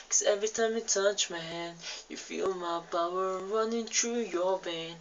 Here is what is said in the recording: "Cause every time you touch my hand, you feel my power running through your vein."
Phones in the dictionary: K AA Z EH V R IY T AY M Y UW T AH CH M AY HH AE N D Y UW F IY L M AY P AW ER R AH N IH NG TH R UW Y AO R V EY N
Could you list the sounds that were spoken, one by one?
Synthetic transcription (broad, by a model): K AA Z EH V R IY T AY M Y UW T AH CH M AY HH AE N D Y UW F IY L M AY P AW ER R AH N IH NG T R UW Y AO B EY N